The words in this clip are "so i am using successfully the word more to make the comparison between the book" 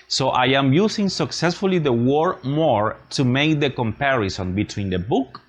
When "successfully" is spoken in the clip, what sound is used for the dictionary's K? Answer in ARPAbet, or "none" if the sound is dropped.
K